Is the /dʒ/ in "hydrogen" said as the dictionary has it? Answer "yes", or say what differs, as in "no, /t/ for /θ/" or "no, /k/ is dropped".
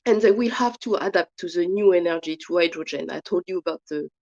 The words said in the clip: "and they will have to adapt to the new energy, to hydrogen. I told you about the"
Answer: yes